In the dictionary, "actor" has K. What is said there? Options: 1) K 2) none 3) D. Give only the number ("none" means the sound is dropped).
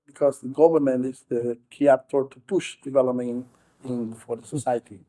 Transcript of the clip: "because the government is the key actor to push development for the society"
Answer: 2